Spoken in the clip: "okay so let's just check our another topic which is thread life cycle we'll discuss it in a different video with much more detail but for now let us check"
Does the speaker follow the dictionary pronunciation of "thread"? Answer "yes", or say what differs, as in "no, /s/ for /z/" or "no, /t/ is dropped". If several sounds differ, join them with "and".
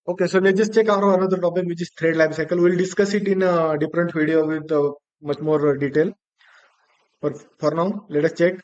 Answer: no, /t/ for /θ/